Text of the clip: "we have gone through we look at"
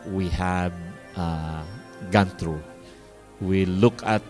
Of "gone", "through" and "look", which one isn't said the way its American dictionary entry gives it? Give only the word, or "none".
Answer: through